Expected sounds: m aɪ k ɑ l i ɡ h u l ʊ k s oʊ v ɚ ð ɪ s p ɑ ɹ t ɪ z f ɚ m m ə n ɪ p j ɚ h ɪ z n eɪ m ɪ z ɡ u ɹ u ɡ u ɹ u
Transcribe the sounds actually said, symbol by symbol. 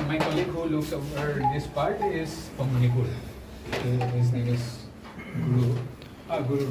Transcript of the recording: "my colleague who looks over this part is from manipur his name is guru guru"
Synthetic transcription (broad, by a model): m aɪ k ɑ l i ɡ h u l ʊ k s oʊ ɚ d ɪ s p ɑ ɹ t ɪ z p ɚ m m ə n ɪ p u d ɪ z n eɪ m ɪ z ɡ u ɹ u ɡ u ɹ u